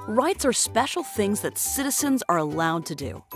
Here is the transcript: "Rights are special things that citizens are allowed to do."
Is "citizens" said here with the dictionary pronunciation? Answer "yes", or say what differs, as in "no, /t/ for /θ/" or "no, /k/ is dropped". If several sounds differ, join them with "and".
yes